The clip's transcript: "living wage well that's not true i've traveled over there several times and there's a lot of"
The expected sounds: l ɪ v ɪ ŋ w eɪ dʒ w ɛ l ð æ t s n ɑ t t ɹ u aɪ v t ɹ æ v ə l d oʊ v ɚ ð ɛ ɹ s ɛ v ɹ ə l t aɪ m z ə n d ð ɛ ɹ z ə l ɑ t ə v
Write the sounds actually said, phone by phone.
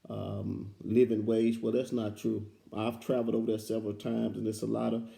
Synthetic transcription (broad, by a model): l ɪ v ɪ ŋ w eɪ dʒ w ɛ l ð æ t s n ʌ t t ɹ u aɪ v t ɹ æ v l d oʊ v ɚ ð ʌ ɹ s ɛ v ɹ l t aɪ m z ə n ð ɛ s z ə l ɑ t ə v